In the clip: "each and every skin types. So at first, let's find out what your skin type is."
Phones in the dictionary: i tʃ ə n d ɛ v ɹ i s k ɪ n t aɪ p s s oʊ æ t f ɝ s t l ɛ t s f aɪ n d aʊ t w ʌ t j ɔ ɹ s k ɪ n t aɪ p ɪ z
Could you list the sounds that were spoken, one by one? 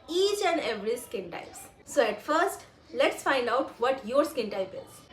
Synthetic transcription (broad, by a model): i tʃ ə n d ɛ v ɹ i s k ɪ n t aɪ p s s oʊ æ t f ɝ s t l ɛ t s f aɪ n d aʊ t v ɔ t j ɔ ɹ s k ɪ n t aɪ p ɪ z